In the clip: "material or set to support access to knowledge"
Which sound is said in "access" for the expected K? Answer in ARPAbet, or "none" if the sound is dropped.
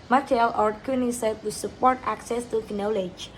K